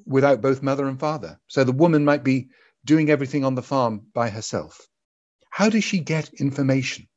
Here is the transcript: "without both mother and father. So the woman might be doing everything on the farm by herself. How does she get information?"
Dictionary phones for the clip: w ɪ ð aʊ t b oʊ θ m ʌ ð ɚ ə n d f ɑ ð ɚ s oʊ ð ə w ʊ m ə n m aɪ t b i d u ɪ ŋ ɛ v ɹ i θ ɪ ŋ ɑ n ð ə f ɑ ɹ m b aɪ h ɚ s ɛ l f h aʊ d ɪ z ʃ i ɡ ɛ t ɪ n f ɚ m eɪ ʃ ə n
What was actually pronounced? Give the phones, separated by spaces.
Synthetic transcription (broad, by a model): w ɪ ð aʊ t b oʊ θ m ʌ ð ɚ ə n f ɑ ð ɚ s oʊ ð ə w ʊ m ə n m aɪ t b i d u ɪ ŋ ɛ v ɹ i θ ɪ ŋ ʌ n ð ə f ɑ ɹ m b aɪ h ɚ s ɛ l f h aʊ d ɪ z ʃ i ɡ ɛ t ɪ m f ɚ m eɪ ʃ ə n